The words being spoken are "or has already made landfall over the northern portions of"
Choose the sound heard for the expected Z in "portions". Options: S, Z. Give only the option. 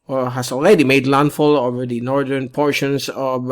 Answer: S